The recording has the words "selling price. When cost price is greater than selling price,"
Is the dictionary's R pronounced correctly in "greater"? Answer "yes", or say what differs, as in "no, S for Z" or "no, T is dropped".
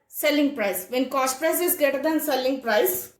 no, R is dropped